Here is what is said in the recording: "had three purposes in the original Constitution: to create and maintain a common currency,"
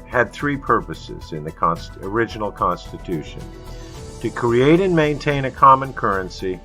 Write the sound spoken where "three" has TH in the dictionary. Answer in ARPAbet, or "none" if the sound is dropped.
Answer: TH